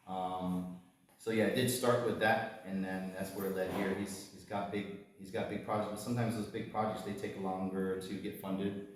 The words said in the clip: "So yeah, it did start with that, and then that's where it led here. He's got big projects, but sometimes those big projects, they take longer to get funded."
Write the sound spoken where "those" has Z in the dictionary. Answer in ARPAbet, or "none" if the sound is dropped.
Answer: Z